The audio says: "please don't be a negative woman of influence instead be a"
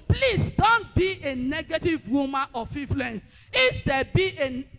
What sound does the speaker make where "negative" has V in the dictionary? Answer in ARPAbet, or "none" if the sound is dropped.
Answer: V